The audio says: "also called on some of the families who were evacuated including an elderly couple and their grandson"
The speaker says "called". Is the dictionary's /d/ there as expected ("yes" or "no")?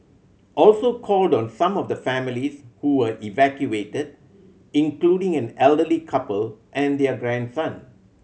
yes